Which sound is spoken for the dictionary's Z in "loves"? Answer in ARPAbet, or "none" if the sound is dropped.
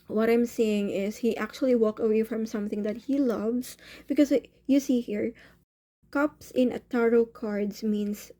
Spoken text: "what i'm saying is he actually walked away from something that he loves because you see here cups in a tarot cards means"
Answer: S